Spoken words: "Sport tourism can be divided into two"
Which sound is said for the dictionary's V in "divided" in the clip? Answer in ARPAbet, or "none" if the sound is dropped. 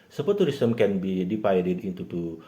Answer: F